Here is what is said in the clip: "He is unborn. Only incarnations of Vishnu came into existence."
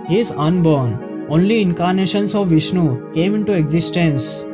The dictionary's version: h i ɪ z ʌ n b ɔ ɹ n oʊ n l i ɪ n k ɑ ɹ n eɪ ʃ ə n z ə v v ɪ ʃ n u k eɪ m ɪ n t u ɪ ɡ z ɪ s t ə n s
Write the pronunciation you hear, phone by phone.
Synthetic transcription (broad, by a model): h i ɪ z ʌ n b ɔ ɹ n oʊ n l i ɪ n k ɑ ɹ n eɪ ʃ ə n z ə v v ɪ ʃ n u k eɪ m ɪ n t u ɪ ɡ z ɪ s t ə n s